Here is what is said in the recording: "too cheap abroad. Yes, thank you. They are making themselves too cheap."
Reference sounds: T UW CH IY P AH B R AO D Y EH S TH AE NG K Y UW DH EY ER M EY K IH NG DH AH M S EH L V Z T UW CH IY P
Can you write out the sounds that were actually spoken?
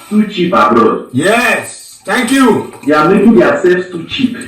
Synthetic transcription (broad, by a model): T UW CH IY P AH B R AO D Y EH S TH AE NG K Y UW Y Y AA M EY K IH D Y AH S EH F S T UW CH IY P